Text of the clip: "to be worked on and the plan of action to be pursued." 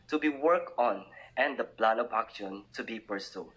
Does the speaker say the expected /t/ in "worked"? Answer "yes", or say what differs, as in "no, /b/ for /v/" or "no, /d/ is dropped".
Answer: no, /t/ is dropped